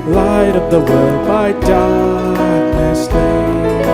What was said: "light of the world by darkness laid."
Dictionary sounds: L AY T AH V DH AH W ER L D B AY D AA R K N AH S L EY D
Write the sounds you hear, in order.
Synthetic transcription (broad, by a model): L AY T AH V DH AH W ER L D B AY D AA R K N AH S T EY